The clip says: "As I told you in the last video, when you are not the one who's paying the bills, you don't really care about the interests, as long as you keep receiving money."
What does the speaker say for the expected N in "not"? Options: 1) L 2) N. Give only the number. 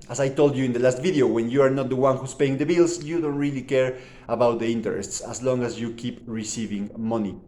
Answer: 2